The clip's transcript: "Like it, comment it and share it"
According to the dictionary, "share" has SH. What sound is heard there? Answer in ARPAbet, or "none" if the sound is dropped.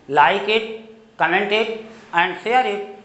S